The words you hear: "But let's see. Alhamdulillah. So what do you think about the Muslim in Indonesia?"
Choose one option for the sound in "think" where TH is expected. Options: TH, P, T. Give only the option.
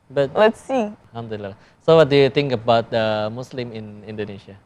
T